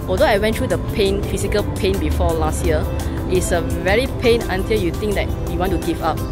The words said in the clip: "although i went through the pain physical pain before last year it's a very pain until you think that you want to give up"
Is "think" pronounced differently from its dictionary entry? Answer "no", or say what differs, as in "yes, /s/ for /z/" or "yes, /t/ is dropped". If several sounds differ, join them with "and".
yes, /t/ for /θ/